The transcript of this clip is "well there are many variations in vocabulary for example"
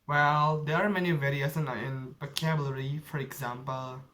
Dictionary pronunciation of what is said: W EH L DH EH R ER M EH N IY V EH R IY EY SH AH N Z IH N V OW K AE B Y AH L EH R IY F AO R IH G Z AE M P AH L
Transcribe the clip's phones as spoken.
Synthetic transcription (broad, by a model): W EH L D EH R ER M EH N IY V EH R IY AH S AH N IH N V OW K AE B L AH R IY F AO R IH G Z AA M P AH L